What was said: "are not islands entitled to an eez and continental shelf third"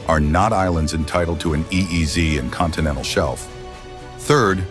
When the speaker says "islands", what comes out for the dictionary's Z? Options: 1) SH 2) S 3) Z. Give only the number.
3